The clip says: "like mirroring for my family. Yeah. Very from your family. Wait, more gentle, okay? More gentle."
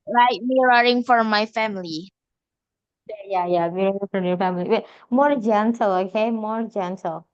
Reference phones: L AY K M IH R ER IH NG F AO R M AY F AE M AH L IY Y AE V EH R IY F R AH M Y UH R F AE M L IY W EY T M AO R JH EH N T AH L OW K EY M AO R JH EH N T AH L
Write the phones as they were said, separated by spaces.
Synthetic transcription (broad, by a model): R AY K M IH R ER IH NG F AO R M AY F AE M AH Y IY Y AE W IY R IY F R AH M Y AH R F AE M L IY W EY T M AO R JH EH N T AH L OW K EY M AO R JH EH N T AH L